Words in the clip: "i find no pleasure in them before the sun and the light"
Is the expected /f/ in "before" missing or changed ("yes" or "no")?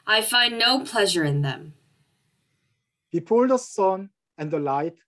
yes